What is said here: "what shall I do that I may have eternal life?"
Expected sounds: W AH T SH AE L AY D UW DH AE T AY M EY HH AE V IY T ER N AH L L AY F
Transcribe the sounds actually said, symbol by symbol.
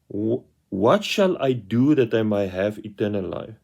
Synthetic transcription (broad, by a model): W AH T SH AE L AY D UW DH AE T AY M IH HH AE V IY T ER N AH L L AY F